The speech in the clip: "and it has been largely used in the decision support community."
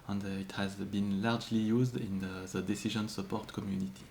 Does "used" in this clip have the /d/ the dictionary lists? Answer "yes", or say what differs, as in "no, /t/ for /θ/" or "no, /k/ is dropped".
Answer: yes